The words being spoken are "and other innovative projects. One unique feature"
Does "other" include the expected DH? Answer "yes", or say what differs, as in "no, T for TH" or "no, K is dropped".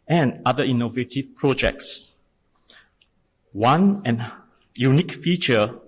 no, DH is dropped